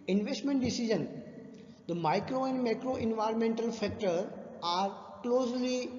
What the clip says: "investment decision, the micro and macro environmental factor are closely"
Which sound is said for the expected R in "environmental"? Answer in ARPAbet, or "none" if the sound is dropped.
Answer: R